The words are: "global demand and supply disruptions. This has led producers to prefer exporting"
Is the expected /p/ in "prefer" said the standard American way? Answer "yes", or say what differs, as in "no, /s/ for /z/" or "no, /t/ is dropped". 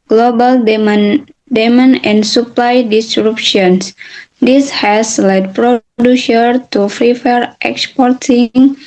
no, /f/ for /p/